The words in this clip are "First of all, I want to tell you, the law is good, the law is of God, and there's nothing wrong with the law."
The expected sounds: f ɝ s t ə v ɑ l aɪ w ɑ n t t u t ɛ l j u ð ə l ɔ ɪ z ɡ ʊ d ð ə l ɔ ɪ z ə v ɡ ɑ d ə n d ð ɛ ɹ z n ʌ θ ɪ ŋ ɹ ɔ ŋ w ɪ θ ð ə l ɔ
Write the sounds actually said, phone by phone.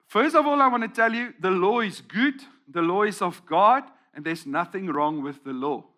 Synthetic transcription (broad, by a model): f ɝ s t ə v ɑ l aɪ w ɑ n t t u t ɛ l j u ð ə l ɔ ɪ z ɡ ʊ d ð ə l ɔ ɪ z ə v ɡ ɑ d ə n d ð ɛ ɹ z n ʌ θ ɪ ŋ ɹ ɔ ŋ w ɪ ð ə l ɔ